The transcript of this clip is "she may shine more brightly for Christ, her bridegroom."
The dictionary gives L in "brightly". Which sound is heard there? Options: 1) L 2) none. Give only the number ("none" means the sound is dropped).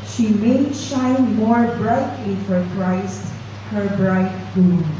2